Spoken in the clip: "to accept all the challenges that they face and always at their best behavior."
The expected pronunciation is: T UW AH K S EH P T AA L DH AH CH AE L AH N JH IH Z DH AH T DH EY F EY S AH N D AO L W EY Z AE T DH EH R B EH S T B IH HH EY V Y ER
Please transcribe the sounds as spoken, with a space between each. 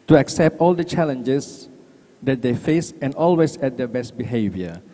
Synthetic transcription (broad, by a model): T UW AH K S EH P T AA L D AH CH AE L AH N JH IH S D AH T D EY F EY S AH N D AO L W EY S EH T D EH B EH S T B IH HH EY V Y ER